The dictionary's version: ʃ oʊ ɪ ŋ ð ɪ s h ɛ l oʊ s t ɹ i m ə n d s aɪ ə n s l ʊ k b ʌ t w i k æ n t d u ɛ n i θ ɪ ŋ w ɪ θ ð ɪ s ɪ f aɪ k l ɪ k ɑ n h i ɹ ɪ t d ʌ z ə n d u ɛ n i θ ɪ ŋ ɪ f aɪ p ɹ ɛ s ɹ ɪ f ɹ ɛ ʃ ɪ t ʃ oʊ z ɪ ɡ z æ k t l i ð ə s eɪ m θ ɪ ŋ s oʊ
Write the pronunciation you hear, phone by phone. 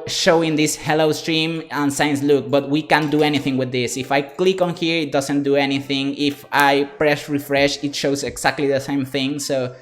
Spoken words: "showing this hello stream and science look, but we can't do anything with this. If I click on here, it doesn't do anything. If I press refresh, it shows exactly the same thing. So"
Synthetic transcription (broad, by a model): ʃ oʊ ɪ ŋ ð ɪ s h ɛ l oʊ s t ɹ i m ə n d s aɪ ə n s l ʊ k b ʌ t w i k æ n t d u ɛ n i θ ɪ ŋ w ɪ ð ɪ s ɪ f aɪ k l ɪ k ɑ n h i ɹ ɪ t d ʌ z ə n d u ɛ n i θ ɪ ŋ ɪ f aɪ p ɹ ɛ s ɹ ɪ f ɹ ɛ ʃ ɪ t ʃ oʊ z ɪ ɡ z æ k t l i ð ə s eɪ m θ ɪ ŋ s oʊ